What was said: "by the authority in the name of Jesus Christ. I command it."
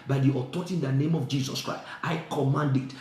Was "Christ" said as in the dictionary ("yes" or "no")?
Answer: yes